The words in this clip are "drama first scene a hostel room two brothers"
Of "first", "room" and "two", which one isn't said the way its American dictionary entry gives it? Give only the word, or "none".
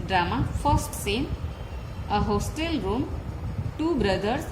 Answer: first